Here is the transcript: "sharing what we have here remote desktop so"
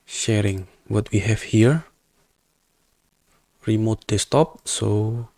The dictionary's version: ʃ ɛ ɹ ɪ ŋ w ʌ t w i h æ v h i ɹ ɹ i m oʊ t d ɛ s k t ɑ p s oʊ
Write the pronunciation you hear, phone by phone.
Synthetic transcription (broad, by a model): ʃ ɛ ɹ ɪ ŋ w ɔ t w i h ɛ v h i ɹ ɹ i m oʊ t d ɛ s t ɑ p s oʊ